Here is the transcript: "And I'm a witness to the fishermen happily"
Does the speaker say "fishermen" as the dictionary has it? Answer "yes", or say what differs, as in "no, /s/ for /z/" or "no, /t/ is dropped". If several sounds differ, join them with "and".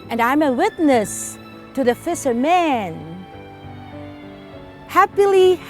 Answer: no, /s/ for /ʃ/